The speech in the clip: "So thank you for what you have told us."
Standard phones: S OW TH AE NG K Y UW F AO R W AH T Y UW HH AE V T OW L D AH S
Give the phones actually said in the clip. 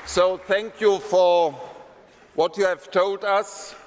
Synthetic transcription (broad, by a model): S OW TH AE NG K Y UW F AO R W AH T Y UW HH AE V T OW L D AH S